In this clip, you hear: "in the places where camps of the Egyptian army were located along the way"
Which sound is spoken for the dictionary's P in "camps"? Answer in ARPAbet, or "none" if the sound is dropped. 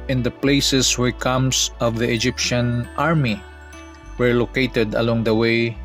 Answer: none